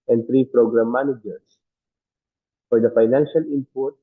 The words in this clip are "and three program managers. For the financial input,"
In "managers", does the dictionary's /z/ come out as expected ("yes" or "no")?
no